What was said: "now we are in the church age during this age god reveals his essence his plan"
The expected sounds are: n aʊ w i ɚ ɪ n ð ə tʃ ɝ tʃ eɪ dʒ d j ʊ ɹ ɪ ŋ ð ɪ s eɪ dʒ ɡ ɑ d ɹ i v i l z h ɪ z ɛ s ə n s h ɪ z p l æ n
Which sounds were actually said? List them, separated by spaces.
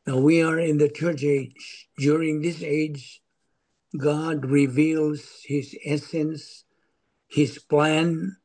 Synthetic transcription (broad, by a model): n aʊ w i ɚ ɪ n ð ə tʃ ɝ tʃ eɪ dʒ d j ʊ ɹ ɪ ŋ ð ɪ s eɪ dʒ ɡ ɑ d ɹ i v i l z h ɪ z ɛ s ə n s h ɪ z p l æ n